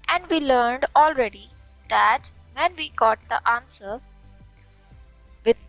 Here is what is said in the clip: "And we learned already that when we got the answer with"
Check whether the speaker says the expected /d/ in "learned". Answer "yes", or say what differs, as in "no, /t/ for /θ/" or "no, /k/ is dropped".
yes